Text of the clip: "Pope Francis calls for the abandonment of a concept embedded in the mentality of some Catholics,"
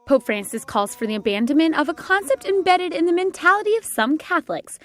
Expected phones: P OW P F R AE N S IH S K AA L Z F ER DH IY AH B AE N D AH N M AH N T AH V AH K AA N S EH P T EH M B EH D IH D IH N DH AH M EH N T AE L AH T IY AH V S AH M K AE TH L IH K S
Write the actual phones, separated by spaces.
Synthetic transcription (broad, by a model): P OW P F R AE N S IH S K AA L Z F ER DH IY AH B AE N D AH N M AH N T AH V AH K AA N S EH P T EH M B EH D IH D IH N DH AH M EH N T AE L AH T IY AH V S AH M K AE TH L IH K S